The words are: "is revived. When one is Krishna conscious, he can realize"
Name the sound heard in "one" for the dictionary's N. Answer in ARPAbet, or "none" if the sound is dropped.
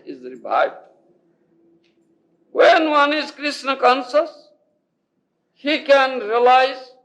N